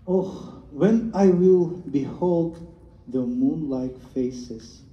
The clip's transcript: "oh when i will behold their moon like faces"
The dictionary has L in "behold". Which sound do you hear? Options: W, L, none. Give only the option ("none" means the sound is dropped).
L